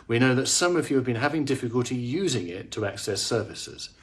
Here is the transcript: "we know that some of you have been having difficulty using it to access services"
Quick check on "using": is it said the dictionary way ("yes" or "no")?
yes